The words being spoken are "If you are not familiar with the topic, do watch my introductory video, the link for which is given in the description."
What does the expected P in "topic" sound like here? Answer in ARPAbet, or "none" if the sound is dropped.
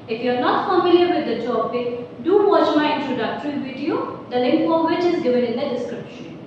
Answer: B